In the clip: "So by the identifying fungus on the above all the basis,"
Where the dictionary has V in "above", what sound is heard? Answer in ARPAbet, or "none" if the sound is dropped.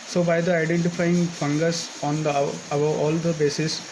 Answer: none